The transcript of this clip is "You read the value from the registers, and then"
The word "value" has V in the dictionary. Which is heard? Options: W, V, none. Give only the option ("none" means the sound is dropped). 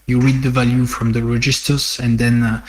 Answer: V